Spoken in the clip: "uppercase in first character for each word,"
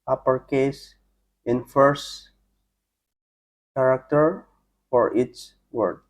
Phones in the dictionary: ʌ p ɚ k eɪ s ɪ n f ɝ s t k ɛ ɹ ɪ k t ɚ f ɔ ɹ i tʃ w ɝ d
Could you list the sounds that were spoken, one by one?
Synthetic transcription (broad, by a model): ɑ p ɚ k eɪ s ɪ n f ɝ s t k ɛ ɹ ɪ k t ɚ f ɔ ɹ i s w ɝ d